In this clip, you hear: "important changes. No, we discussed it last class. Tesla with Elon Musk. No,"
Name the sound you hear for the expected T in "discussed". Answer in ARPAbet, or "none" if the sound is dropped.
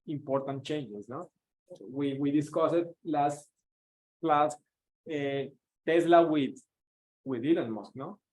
none